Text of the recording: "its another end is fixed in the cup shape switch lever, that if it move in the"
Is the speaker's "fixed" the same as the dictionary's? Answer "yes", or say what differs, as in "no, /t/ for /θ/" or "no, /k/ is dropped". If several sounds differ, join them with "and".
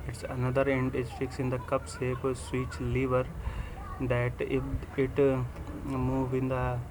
no, /t/ is dropped